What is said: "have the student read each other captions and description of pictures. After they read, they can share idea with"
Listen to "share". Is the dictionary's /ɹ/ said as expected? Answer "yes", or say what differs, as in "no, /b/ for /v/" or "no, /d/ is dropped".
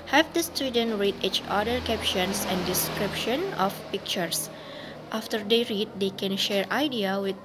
yes